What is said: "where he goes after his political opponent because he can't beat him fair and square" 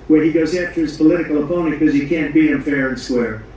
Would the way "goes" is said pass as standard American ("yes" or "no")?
yes